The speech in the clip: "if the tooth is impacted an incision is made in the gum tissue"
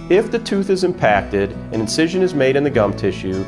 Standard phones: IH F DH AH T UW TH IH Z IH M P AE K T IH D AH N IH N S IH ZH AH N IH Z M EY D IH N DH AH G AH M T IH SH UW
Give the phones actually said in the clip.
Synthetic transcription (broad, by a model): IH F DH AH T UW TH IH Z IH M P AE K T IH D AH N IH N S IH ZH AH N IH Z M EY D IH N DH AH G AH M T IH SH UW